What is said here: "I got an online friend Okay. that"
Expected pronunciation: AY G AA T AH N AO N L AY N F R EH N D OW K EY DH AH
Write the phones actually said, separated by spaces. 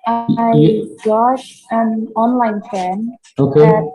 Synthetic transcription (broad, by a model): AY G AA T AH N AO N L AY N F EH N OW K EY